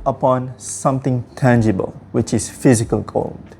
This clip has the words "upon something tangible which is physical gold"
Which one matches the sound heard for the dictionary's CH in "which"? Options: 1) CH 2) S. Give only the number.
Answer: 1